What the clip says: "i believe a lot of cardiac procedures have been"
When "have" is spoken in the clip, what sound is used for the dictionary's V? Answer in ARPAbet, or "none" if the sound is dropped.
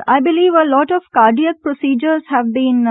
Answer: V